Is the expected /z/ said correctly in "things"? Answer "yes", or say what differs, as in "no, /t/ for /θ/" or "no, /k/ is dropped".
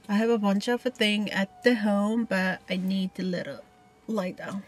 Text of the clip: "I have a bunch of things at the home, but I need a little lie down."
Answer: no, /z/ is dropped